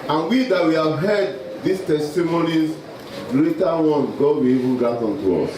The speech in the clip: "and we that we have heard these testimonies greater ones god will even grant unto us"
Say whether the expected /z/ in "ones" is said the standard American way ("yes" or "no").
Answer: no